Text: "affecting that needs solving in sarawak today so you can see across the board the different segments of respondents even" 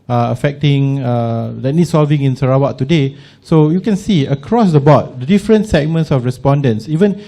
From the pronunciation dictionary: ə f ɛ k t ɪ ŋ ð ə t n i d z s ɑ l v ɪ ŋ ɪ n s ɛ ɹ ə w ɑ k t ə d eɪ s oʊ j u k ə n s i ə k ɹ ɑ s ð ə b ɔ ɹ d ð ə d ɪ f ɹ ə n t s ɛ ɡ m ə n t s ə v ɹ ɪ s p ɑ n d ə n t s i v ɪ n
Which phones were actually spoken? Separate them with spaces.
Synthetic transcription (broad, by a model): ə f ɛ k t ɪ ŋ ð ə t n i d s ɑ l v ɪ ŋ ɪ n s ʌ ɹ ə w ɑ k t ə d eɪ s oʊ j u k ə n s i ə k ɹ ɑ s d ə b ɔ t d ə d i f ɹ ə n t s ɛ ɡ m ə n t s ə f ɹ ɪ s p ɑ n d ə n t s i v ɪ n